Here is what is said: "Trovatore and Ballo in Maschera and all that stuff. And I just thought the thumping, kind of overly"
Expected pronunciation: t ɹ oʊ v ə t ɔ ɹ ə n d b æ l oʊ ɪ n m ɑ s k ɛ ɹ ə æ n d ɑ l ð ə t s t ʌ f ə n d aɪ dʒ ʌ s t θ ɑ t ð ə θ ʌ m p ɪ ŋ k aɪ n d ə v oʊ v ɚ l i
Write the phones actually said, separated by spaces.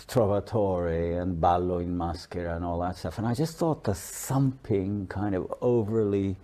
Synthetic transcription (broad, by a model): t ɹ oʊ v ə t ɔ ɹ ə n b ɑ l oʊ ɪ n m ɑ s k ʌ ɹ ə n ɑ l ð ə t s t ʌ f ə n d aɪ dʒ ʌ s t θ ɑ t ð ə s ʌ m p ɪ ŋ k aɪ n d ə v oʊ v ɚ l i